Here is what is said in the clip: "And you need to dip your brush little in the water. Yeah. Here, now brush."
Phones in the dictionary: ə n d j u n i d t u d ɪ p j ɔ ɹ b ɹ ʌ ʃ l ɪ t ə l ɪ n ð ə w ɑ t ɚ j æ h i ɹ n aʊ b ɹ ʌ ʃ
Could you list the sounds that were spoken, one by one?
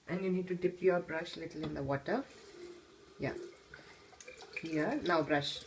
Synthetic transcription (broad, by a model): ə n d j u n i d t u d ɪ p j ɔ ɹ b ɹ ʌ ʃ l ɪ t ə l ɪ n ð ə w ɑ t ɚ j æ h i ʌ n aʊ b ɹ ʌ ʃ